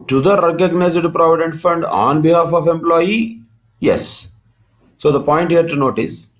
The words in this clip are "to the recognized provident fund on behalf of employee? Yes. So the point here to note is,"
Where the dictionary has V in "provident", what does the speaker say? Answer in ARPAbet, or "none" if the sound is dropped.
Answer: V